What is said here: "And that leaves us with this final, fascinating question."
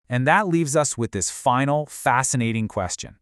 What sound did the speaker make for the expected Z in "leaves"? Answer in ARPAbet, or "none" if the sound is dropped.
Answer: Z